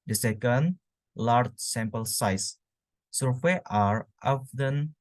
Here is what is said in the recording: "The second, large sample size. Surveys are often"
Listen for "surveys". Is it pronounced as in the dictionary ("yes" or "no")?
no